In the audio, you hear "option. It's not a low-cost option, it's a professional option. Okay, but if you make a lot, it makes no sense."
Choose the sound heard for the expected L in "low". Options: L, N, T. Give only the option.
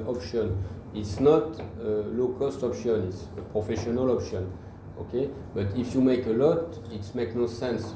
L